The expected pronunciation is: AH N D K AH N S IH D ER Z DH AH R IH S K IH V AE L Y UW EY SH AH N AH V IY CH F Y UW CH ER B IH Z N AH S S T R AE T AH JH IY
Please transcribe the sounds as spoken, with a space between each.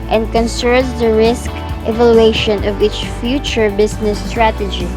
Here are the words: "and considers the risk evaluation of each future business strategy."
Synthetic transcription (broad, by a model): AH N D K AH N S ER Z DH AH R IH S K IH V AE L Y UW EY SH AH N AH V IY CH F Y UW CH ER B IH S N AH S S T R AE T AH JH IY